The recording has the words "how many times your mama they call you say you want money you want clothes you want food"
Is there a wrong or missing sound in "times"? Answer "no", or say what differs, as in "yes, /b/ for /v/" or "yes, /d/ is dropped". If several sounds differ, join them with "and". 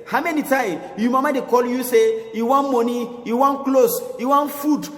yes, /z/ is dropped